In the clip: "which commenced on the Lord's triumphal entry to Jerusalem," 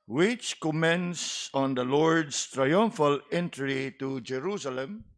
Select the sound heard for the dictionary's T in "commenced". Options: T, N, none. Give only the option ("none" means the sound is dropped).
none